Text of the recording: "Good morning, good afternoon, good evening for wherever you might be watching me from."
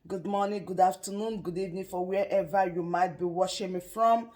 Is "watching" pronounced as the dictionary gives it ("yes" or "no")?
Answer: no